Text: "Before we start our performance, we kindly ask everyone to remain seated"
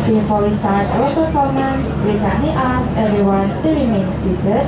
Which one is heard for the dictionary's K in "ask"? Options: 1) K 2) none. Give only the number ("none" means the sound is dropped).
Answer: 2